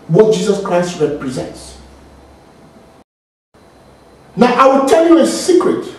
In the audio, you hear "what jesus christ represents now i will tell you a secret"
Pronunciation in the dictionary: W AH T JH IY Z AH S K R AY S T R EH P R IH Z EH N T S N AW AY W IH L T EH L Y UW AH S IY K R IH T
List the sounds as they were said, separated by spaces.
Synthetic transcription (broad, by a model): W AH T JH IY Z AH S K R AY S T R EH P R IH Z EH N T S N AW AY W IH L T EH L Y UW AH S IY K R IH T